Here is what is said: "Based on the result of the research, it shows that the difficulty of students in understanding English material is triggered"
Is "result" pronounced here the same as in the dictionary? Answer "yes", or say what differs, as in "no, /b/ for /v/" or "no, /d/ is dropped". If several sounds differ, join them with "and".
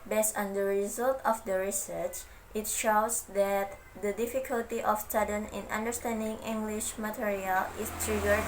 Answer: yes